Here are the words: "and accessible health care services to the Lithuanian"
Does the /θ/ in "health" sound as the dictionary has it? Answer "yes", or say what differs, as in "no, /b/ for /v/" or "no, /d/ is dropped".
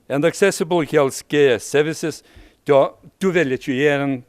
no, /s/ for /θ/